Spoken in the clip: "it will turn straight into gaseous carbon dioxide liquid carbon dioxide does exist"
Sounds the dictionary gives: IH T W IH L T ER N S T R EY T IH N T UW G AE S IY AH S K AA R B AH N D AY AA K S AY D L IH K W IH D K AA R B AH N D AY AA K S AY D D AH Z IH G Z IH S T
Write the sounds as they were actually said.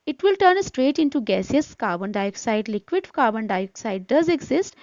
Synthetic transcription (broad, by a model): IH T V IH L T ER N S T R EY T IH N T UW G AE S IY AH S K AA R B AH N D AY AA K S AY D L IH K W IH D K AA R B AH N D AY AA K S AY D D AH Z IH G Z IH S T